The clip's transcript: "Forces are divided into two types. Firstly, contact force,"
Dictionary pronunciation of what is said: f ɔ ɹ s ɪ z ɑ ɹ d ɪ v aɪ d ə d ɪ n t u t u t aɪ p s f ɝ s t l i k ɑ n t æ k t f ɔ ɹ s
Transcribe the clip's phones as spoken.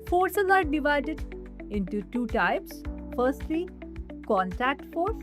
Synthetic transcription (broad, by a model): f ɔ ɹ s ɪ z ɑ ɹ d ɪ v aɪ d ə d ɪ n t u t u t aɪ p s f ɝ s t l i k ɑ n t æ k t f ɔ ɹ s